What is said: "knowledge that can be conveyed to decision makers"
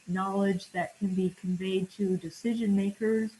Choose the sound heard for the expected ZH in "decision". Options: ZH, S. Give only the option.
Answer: ZH